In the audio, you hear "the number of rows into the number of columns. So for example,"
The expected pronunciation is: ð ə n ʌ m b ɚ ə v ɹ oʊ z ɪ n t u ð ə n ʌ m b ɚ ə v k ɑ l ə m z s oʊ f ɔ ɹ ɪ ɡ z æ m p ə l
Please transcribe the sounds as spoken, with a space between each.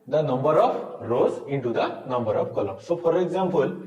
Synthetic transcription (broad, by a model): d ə n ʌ m b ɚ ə p ɹ oʊ z ɪ n t u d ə n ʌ m b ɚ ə p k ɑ l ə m s oʊ p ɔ ɹ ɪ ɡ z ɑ m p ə l